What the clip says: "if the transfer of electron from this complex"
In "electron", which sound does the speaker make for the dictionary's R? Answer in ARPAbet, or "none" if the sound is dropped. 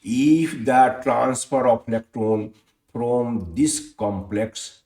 none